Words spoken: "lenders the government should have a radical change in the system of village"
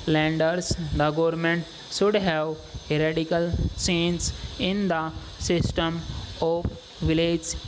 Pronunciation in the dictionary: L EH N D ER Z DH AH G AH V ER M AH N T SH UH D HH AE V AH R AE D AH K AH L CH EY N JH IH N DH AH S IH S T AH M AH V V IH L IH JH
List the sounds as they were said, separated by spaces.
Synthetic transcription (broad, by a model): L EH N D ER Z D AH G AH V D M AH N T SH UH D HH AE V AH R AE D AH K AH L S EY N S IH N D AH S IH S T AH M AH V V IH L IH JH